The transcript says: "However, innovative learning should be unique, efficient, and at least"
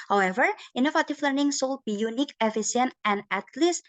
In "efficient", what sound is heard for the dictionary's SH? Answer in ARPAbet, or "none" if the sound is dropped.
S